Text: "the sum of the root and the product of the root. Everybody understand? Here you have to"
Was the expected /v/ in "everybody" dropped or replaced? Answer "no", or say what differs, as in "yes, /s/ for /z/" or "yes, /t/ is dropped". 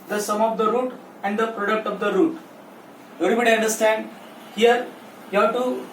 yes, /v/ is dropped